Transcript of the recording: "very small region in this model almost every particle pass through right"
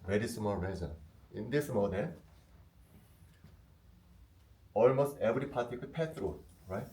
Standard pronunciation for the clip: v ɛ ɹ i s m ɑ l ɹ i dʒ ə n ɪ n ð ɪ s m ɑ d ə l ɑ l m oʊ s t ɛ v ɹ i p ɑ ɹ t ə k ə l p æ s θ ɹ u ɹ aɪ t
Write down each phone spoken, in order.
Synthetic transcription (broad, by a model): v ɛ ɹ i s m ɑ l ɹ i z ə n ɪ n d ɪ s m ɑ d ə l ɑ l m oʊ s t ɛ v ɹ i p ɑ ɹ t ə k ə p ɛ θ ɹ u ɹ aɪ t